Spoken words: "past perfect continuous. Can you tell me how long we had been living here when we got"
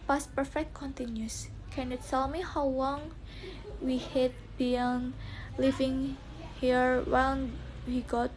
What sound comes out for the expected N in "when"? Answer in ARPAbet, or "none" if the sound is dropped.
L